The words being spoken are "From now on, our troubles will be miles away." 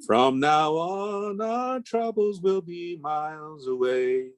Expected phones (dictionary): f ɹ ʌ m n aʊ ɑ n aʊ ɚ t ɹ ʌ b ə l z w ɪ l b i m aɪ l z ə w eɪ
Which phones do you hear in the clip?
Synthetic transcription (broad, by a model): f ɹ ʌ m n aʊ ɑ n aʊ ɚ t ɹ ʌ b l z w ɪ l b i m aɪ l z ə w eɪ